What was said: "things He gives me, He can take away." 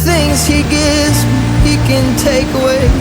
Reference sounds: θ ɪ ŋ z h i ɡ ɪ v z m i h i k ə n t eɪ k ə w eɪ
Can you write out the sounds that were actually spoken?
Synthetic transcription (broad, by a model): θ ɪ ŋ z h i ɡ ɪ z h i k ə n t eɪ k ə w eɪ